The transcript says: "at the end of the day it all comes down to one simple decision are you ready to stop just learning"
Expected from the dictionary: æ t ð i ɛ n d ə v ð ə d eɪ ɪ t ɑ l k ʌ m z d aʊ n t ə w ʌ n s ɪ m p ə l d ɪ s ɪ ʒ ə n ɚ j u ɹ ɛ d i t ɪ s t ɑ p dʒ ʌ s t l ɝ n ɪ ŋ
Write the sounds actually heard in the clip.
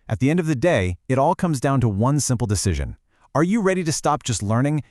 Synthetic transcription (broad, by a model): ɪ t ð i ɛ n d ə v ð ə d eɪ ɪ t ɑ l k ʌ m z d aʊ n t ə w ʌ n s ɪ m p l d ɪ s ɪ ʒ ə n ɚ j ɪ ɹ ɛ d i t ɪ s t ɑ p dʒ ʌ s t l ɝ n ɪ ŋ